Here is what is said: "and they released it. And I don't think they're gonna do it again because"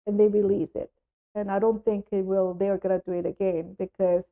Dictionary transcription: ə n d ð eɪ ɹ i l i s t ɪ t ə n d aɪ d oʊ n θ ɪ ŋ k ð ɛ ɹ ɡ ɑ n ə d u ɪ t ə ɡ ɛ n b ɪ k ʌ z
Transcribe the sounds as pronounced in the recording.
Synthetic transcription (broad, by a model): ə n ð eɪ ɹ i l i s ɪ t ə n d aɪ d oʊ n θ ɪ ŋ k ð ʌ ɹ ɡ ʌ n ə d u ɪ t ə ɡ ɛ n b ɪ k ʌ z